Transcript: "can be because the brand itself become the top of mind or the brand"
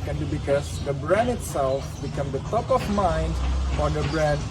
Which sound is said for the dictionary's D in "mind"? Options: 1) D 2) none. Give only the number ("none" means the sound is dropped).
1